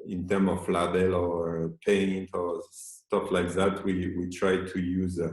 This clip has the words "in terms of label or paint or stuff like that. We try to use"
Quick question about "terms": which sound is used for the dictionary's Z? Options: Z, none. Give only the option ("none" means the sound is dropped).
none